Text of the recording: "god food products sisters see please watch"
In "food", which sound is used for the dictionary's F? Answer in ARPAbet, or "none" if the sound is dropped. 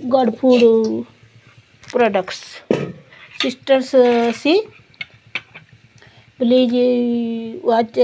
P